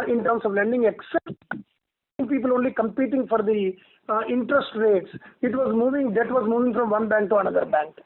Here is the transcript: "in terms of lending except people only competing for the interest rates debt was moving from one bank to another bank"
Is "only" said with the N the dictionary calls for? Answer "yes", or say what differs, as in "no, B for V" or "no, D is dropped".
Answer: yes